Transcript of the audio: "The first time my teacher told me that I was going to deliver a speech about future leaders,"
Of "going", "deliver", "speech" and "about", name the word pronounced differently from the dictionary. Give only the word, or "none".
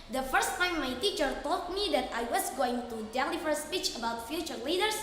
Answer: deliver